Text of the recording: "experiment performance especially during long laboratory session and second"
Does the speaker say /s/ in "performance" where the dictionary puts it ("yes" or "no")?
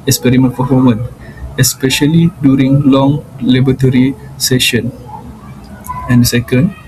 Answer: no